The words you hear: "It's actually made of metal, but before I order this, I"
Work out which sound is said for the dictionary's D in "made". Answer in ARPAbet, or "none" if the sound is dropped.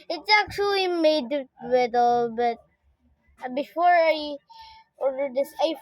none